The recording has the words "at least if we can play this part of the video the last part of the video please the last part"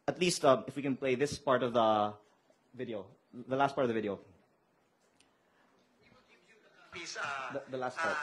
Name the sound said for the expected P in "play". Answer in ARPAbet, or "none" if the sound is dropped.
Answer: P